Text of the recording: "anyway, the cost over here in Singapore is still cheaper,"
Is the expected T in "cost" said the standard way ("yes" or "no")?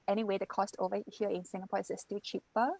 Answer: yes